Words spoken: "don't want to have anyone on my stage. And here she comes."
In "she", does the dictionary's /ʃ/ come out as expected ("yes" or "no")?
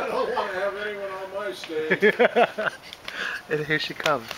yes